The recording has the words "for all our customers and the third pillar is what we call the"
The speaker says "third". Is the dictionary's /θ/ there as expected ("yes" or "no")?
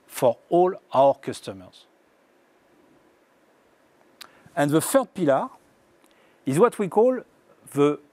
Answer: no